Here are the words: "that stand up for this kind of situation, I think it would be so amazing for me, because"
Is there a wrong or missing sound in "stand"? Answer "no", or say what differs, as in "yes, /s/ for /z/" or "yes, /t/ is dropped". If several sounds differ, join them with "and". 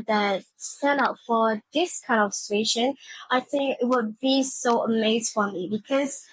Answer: yes, /d/ is dropped